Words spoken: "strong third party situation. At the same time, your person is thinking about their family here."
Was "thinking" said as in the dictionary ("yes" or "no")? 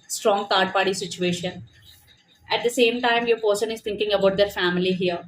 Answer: no